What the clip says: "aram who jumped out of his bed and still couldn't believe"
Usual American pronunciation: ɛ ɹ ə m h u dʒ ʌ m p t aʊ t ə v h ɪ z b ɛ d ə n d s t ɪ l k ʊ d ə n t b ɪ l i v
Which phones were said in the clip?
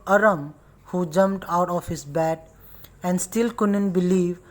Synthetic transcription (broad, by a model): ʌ ɹ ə m h u dʒ ʌ m p t aʊ t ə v h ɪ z b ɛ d ə n d s t ɪ l k ʊ d ə n t b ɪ l i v